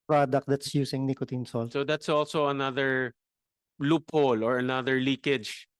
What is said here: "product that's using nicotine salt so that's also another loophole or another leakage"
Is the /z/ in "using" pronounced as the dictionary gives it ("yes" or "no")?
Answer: no